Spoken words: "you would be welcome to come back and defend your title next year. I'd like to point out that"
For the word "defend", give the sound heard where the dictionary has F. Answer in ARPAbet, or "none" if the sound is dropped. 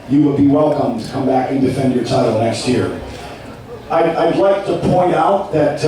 F